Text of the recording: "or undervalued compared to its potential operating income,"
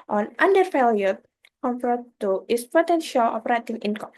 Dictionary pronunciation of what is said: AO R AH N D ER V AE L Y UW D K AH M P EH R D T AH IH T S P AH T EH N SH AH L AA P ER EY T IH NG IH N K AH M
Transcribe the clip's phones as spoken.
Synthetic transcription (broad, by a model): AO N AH N D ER F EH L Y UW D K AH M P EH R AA T AH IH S P AH T EH N SH AH L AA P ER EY T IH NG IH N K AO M